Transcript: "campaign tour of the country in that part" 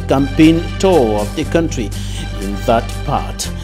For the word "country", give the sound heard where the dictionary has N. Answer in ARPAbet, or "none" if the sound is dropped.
N